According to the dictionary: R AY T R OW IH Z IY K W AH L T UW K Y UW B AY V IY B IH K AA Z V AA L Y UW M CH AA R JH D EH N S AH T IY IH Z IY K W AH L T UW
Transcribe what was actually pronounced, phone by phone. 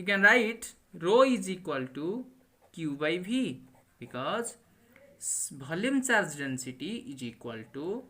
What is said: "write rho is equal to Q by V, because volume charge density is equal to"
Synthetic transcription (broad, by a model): R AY T R OW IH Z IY K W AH L T UW K Y UW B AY B IY B IH K AA Z B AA L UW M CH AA R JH D EH N S AH T IY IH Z IY K W AH L T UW